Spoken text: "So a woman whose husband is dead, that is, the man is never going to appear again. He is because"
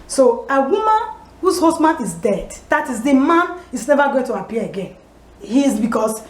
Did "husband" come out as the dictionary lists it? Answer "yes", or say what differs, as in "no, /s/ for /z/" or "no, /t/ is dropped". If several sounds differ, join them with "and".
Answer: no, /d/ is dropped